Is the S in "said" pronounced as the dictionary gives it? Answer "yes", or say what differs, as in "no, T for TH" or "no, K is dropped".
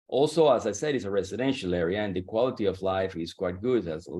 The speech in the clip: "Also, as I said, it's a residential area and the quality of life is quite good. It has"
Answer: yes